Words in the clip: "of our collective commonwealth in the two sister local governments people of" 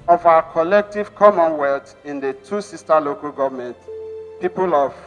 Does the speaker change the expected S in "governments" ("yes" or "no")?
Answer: yes